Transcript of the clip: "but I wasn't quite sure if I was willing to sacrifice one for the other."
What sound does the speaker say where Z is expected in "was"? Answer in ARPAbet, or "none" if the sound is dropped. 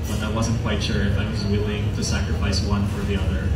Z